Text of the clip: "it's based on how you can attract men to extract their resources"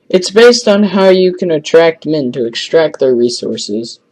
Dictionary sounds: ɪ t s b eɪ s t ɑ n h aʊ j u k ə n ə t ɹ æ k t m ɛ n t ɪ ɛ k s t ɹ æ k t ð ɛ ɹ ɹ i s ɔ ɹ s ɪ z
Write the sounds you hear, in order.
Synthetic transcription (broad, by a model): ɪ t s b eɪ s t n h aʊ j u k ə n ə t ɹ æ k t m ɛ n t ɪ ɛ k s t ɹ æ k t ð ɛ ɹ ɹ i s ɔ ɹ s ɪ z